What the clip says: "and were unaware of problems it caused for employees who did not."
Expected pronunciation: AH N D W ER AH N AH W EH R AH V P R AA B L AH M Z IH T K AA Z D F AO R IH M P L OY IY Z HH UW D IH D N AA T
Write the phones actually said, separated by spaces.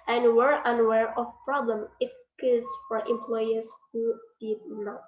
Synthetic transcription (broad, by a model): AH N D W ER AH N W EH R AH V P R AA B L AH M IH T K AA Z F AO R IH M P L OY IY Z HH UW D IH D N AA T